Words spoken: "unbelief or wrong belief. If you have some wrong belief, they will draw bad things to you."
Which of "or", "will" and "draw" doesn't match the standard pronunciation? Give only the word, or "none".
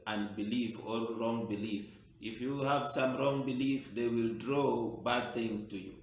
or